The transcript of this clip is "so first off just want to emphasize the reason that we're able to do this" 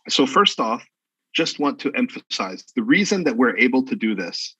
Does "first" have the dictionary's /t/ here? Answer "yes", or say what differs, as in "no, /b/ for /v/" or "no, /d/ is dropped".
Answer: yes